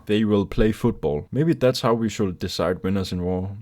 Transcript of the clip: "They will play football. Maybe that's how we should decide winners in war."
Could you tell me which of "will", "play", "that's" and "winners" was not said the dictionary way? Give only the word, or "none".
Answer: winners